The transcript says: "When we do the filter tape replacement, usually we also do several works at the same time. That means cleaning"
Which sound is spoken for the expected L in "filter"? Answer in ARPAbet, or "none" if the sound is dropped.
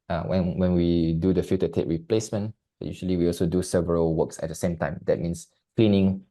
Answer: none